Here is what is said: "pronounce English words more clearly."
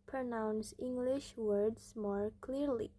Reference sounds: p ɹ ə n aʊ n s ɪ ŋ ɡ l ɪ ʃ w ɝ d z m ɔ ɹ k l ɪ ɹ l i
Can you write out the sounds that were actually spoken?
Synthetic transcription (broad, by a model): p ɹ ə n aʊ n s ɪ ŋ ɡ l ɪ ʃ w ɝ d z m ɔ ɹ k l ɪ ɹ l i